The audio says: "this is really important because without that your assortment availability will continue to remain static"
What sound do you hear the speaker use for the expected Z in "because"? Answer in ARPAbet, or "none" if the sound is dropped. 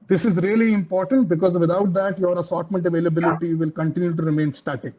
Z